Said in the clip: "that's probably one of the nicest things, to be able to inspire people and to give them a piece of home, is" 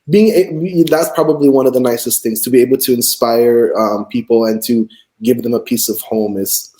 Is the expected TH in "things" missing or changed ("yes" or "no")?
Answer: no